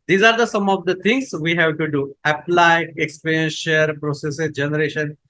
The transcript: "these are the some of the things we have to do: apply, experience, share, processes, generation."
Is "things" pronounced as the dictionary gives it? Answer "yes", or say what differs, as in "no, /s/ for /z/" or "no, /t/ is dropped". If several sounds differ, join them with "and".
no, /t/ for /θ/